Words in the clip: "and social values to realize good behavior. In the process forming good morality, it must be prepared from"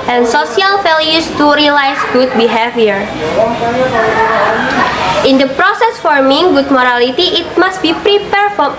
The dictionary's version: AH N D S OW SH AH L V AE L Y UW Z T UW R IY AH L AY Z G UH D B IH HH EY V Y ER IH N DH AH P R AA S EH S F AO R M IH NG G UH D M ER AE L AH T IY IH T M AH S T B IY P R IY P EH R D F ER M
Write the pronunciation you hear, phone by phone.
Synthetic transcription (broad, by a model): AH N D S OW S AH L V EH L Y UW S T UW R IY L AY S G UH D B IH HH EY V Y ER IH N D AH P R AA S EH S F AO R M IH NG G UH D M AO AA L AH T IY IH T M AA S T B IY P R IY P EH R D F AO